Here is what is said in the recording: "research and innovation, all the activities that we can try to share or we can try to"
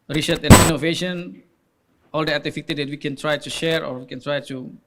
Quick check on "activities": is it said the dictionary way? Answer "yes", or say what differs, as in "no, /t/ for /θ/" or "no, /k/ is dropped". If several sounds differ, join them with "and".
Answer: no, /k/ is dropped and /f/ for /v/